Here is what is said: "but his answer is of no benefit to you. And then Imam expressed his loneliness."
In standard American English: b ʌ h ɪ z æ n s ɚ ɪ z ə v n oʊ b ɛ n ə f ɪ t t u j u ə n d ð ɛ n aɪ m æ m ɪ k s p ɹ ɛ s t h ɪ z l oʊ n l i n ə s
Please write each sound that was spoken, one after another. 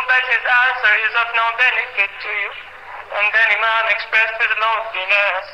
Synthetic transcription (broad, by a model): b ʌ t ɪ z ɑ s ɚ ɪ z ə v n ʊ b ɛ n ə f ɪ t t u j u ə n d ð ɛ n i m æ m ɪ k s p ɹ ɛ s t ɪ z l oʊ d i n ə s